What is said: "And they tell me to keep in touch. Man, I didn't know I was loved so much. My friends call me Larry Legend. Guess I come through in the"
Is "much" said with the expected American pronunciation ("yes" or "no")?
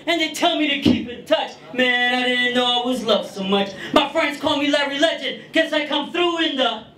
yes